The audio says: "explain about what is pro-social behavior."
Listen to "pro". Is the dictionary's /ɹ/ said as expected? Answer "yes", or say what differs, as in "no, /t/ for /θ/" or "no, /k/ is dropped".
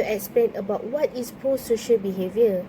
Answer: no, /ɹ/ is dropped